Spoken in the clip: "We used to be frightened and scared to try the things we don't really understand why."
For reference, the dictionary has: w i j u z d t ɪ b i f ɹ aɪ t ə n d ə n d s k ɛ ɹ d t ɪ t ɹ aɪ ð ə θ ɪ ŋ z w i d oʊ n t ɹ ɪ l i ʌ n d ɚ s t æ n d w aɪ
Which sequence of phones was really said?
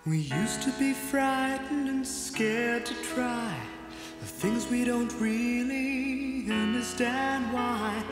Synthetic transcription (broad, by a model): w i j u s t ɪ b i f ɹ aɪ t n d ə n s k ɛ ɹ d t ɪ t ɹ aɪ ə θ ɪ ŋ z w i d oʊ n t ɹ ɪ l i ʌ n d ɚ s t æ n d w aɪ